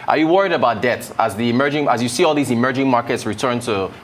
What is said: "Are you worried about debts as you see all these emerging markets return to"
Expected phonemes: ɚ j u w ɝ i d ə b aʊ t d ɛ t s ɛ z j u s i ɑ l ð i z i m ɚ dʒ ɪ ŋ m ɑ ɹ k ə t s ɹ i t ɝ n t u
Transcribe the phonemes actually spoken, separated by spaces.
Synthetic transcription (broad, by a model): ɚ j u w ɝ i d ə b aʊ t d ɛ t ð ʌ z j u s i ɑ l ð i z i m ɚ dʒ ɪ ŋ m ɑ ɹ k ə t s ɹ i t ɝ n t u